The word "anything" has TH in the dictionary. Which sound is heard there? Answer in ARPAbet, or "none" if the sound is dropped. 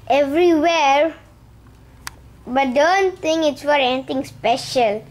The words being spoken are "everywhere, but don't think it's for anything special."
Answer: T